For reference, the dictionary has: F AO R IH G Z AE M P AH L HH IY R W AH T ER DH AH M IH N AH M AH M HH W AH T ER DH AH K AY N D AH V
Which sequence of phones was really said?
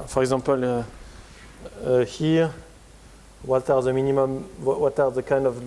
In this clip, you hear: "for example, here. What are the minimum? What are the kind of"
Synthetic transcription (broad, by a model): F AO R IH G Z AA P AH L HH IY R W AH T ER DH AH M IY N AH M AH M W W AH T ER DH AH K AY N D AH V